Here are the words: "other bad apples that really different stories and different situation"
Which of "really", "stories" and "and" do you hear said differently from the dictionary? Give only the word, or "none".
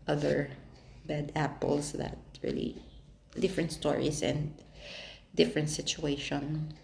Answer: stories